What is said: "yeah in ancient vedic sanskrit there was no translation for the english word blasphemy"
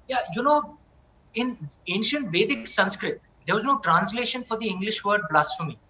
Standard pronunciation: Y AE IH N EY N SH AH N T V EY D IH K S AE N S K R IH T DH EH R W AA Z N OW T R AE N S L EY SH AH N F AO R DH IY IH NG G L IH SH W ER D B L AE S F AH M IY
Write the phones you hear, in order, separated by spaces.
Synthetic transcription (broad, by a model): Y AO IH N EY N SH AH N T V EY D IH K S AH N S K R IH T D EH R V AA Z N OW T R AE N S L EY SH AH N F AO R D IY IH NG G L IH SH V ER D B L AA S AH M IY